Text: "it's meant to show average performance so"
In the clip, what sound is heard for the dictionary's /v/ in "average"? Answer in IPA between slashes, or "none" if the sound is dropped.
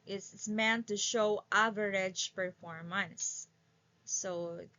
/v/